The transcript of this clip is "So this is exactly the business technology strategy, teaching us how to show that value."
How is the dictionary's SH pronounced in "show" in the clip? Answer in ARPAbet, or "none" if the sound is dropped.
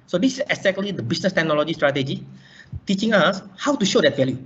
SH